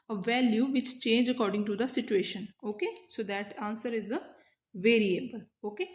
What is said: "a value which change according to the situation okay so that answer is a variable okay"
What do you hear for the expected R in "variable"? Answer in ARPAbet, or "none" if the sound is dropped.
R